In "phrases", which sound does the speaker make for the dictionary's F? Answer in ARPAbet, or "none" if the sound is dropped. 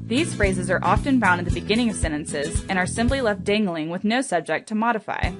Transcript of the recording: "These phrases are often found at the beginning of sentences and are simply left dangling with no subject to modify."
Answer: F